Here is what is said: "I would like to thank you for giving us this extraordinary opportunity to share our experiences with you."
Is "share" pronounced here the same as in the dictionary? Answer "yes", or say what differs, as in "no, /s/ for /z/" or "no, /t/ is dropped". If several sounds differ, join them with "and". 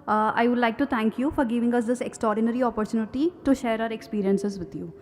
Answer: yes